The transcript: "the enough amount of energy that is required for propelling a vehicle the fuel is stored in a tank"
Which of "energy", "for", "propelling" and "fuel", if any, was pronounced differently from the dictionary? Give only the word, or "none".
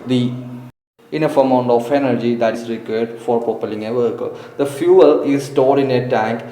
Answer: propelling